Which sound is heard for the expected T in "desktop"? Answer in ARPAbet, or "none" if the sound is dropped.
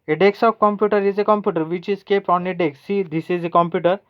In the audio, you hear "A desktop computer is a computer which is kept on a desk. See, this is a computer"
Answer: S